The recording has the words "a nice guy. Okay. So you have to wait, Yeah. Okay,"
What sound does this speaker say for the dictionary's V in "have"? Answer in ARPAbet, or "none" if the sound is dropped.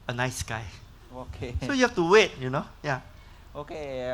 F